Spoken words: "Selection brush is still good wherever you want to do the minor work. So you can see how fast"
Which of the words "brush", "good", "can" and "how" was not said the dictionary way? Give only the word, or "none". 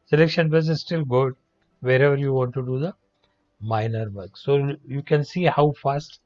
brush